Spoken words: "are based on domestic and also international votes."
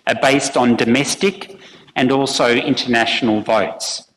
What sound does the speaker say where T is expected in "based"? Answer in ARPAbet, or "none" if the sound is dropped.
T